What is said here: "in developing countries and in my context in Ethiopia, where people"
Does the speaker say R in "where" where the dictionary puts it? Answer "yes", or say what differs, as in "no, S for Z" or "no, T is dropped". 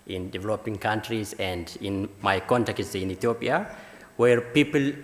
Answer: yes